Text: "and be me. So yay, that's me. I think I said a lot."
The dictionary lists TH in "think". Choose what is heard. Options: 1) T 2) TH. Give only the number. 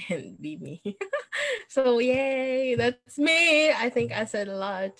2